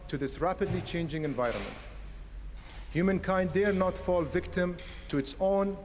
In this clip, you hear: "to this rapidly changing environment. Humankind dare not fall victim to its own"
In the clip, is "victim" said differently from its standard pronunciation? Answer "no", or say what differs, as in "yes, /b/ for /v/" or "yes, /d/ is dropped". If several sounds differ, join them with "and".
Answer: no